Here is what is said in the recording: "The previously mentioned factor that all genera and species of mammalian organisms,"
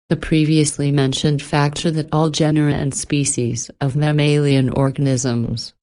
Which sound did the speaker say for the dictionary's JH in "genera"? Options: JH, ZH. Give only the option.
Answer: JH